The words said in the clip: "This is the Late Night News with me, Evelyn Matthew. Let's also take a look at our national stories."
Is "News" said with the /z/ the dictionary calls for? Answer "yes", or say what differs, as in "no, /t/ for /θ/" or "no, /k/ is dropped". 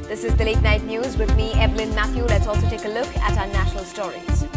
yes